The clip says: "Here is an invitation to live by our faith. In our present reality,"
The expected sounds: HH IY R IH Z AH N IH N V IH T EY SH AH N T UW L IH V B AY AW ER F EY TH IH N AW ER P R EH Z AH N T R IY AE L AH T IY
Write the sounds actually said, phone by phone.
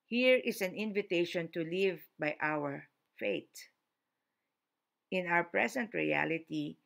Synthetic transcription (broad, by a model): HH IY R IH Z AH N IH N V IH T EY SH AH N T UW L IH V B AY AW ER F EY T IH N AW ER P R EH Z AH N T R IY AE L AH T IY